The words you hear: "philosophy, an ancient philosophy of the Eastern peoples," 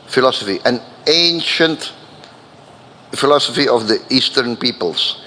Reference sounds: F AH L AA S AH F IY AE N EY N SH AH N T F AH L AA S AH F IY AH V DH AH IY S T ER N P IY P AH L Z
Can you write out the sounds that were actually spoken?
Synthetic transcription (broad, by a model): F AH L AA S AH F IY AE N EY N SH AH N T F AH L AA S AH F IY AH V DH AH IY S T ER N P IY P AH L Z